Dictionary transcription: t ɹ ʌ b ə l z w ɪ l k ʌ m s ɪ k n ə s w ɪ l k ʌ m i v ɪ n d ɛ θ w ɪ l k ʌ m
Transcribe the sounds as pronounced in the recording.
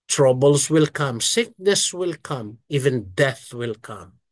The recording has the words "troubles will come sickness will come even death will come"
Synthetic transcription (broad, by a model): t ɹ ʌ b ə l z w ɪ l k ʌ m s ɪ k n ə s w ɪ l k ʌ m i v ɪ n d ɛ θ w ɪ l k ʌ m